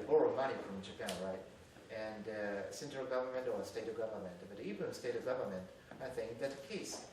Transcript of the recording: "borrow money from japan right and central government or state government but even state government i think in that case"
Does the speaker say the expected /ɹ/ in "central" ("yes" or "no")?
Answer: no